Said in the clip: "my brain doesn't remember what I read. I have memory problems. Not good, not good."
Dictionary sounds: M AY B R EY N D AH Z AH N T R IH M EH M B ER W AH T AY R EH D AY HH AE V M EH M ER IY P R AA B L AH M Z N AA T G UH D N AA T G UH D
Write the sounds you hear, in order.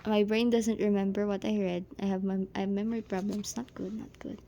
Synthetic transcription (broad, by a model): M AY B R EY N D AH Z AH N T R IH M EH M B ER W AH T AY R EH D AY HH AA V M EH M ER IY P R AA B L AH M S N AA T G UH D N AA T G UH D